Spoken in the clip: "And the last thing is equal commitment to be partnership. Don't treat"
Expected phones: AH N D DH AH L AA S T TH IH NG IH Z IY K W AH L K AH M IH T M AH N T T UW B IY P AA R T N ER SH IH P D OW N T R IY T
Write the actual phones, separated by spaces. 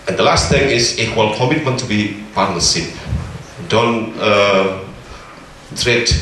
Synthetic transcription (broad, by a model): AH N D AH L AA S T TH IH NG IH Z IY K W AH L K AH M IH T M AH N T T UW B IY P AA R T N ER S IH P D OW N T R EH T